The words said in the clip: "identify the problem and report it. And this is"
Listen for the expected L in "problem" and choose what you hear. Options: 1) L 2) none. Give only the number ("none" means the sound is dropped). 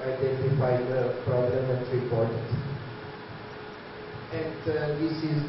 2